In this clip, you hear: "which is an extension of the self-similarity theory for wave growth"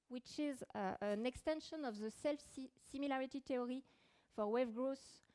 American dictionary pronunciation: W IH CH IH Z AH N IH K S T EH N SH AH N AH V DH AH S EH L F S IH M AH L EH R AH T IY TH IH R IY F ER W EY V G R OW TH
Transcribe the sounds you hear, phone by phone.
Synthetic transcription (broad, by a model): W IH CH IH Z AH N IH K S T EH N SH AH N AH V DH AH S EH L F S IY M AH L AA R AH T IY T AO R IY F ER W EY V G R OW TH